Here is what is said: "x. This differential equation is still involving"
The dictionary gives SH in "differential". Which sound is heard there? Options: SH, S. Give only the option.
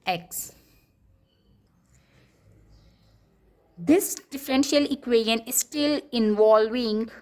SH